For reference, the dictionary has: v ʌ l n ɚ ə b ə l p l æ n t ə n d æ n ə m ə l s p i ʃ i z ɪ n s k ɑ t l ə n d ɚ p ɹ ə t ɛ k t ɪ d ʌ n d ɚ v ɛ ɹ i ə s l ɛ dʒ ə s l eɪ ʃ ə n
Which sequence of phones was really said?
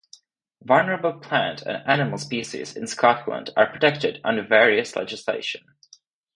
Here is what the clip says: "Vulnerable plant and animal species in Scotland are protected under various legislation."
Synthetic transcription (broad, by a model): v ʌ l n ɚ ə b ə l p l æ n t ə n æ n ə m ə l s p i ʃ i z ɪ n s k ɑ t l ə n d ɚ p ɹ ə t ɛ k t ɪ d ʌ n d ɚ v ɛ ɹ i ə s l ɛ dʒ ə s l eɪ ʃ ə n